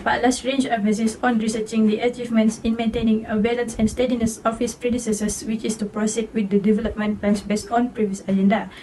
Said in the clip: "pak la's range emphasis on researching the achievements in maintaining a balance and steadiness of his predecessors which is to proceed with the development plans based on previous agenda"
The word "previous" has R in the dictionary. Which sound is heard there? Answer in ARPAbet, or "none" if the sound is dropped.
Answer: R